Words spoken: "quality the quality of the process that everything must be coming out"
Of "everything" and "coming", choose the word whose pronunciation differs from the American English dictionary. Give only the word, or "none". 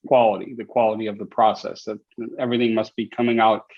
none